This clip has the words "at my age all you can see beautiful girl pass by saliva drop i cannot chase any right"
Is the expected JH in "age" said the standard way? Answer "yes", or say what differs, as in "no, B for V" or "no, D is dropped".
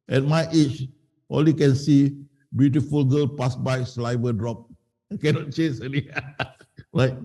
no, CH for JH